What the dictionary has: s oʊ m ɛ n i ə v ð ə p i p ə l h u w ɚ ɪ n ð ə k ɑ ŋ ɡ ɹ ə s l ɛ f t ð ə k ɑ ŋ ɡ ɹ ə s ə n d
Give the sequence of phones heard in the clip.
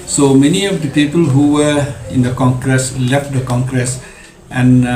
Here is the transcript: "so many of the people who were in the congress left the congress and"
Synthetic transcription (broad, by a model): s oʊ m ɛ n i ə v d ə p i p ə l h u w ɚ ɪ n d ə k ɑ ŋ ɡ ɹ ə s l ɛ f t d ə k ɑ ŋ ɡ ɹ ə s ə n